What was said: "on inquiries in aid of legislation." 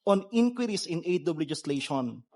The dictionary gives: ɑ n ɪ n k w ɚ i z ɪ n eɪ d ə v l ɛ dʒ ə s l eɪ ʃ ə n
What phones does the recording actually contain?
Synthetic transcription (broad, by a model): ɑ n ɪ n k w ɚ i s ɪ n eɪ d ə b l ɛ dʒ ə s l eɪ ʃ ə n